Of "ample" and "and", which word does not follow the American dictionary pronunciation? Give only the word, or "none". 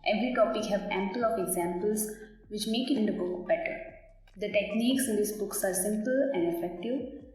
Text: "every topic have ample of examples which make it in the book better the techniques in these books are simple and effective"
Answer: none